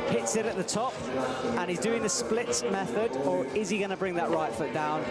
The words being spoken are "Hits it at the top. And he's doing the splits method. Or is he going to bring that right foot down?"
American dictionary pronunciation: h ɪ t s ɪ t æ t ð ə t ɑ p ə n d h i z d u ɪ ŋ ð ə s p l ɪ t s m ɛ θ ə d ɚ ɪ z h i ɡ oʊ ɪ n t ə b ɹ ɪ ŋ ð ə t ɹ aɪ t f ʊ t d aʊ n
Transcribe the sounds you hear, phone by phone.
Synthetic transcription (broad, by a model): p ɪ t s ɪ t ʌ t ð ə t ɑ p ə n i z d u ɪ ŋ ð ə s p l ɪ t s m ɛ θ ə d ɚ ɪ z i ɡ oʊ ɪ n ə b ɹ ɪ ŋ ð ə t ɹ aɪ t f ʊ t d aʊ n